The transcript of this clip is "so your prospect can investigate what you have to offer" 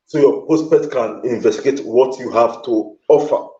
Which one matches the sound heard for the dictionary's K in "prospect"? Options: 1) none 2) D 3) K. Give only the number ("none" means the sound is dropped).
1